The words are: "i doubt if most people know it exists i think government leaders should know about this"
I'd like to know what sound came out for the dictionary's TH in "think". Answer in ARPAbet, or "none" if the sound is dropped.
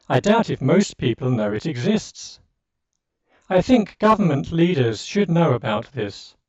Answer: TH